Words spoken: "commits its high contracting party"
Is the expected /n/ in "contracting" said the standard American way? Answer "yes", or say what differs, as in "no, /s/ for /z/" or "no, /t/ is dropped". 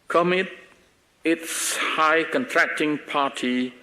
yes